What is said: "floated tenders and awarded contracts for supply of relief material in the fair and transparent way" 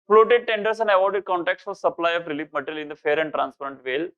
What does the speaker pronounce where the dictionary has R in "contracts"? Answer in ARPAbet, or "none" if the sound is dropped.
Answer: none